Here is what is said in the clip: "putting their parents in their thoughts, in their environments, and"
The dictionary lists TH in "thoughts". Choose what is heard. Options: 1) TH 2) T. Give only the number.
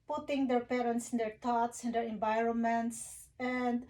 2